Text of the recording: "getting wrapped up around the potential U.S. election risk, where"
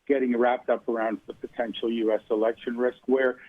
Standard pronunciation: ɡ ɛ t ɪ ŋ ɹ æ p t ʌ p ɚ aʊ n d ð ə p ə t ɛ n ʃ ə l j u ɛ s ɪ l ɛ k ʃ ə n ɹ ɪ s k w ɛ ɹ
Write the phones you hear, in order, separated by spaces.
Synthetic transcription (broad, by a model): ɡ ɛ t ɪ ŋ ɹ æ p t ʌ p ɚ aʊ n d ð ə p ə t ɛ n ʃ l j u ɛ s ɪ l ɛ k ʃ ə n ɹ ɪ s k w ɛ ɹ